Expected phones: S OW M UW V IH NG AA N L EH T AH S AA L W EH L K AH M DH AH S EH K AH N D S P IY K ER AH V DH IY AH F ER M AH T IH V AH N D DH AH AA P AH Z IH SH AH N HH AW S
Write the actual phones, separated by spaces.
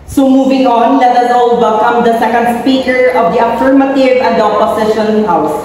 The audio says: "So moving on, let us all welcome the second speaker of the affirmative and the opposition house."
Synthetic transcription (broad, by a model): S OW M UW V IH NG AA N L EH T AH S AA L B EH K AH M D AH S EH K AH N D S P IY K ER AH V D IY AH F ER M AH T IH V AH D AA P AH S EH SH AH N HH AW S